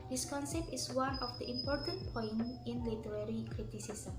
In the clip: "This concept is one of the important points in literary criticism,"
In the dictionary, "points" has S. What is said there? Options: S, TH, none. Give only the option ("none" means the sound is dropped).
none